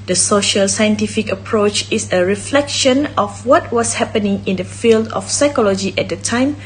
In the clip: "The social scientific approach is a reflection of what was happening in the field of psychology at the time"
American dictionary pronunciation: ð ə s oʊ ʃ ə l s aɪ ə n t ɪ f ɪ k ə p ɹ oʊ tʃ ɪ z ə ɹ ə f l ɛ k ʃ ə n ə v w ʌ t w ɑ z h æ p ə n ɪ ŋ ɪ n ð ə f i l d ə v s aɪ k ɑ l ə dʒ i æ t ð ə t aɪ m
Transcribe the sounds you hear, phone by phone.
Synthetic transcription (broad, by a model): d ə s oʊ ʃ ə l s aɪ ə n t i f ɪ k ə p ɹ oʊ tʃ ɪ s ə ɹ ə f l ɛ k ʃ ə n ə f w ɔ t w ɑ s h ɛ p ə n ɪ ŋ ɪ n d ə f i l d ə f s aɪ k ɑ l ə dʒ i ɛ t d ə t aɪ m